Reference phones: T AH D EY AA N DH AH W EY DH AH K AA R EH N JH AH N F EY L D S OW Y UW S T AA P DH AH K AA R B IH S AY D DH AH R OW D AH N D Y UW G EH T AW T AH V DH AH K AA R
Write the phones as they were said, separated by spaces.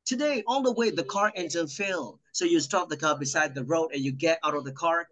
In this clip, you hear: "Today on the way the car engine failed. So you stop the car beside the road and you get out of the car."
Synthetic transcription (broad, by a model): T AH D EY AA L DH AH W EY DH AH K AA R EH N Z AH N F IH L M S OW Y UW S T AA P DH AH K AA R B IH S AY D DH AH R OW D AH N Y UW G EH T AW T AH V DH AH K AA R